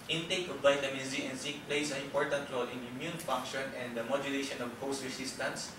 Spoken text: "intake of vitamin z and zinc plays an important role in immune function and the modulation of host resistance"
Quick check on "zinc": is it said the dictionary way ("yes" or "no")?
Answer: no